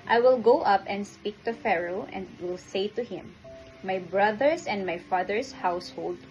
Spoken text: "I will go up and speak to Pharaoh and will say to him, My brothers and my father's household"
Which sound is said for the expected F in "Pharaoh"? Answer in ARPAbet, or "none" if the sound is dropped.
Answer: F